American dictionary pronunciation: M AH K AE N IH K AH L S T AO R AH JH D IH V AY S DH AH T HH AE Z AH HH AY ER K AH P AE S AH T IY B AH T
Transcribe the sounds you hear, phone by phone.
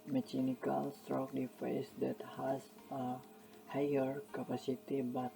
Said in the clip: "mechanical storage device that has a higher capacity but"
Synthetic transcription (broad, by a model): M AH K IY N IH K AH L S T R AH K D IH F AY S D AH T HH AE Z AH HH AY ER K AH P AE S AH T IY B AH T